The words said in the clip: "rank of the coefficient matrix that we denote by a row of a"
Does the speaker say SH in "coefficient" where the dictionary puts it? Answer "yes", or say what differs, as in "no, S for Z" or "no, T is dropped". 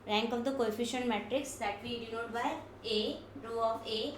yes